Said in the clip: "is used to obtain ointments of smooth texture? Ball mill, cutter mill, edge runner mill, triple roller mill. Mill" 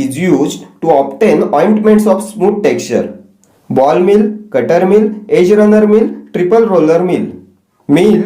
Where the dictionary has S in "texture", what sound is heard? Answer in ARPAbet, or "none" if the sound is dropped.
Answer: none